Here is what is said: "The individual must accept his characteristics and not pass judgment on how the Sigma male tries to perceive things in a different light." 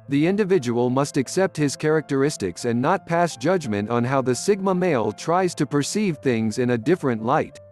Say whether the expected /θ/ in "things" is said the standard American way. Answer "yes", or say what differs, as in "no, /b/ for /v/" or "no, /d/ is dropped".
yes